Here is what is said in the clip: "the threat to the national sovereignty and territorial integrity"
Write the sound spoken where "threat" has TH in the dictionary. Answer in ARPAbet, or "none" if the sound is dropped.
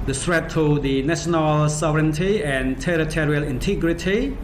S